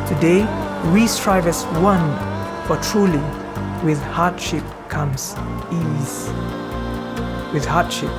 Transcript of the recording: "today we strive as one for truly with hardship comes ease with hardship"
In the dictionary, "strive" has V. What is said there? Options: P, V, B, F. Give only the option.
V